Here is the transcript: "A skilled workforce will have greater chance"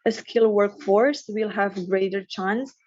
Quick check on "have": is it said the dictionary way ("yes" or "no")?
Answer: yes